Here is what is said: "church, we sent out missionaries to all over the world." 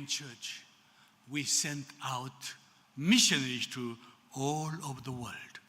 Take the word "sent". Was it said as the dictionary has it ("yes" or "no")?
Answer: yes